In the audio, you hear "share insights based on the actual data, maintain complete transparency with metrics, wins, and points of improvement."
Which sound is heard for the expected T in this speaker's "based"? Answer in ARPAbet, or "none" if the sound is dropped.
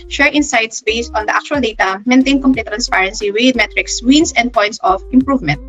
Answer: T